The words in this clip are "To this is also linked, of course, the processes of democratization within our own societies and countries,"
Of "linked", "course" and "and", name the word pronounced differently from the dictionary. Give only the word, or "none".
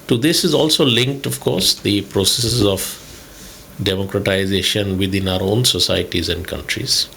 none